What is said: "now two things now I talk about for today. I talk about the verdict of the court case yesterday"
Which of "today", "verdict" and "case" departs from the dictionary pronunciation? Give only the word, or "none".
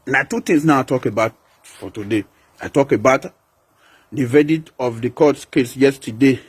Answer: verdict